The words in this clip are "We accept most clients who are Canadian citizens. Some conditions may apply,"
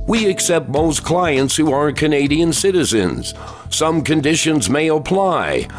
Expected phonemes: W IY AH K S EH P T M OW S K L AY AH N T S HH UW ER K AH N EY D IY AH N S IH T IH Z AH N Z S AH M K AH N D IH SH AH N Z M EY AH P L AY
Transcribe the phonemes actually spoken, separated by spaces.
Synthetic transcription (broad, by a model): W IY AH K S EH P T M OW S K L AY AH N T S HH UW ER K AH N EY D IY AH N S IH T IH Z AH N Z S AH M K AH N D IH SH AH N Z M EY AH P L AY